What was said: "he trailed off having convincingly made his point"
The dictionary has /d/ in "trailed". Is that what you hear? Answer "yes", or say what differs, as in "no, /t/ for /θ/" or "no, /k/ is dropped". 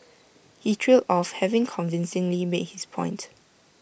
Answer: no, /d/ is dropped